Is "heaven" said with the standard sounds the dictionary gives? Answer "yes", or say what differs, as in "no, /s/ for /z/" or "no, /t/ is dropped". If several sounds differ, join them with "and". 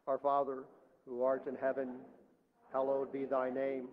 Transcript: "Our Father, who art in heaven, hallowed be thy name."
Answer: yes